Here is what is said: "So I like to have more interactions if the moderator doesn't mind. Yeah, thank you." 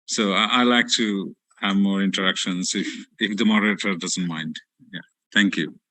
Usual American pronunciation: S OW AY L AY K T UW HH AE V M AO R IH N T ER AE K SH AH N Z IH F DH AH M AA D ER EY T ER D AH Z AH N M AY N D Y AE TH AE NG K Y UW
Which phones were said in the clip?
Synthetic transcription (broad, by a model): S OW AY L AY K T UW HH AE V M AO R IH N T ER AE K SH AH N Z IH F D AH M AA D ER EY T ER D AH Z AH N M AY N D Y AE T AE NG K Y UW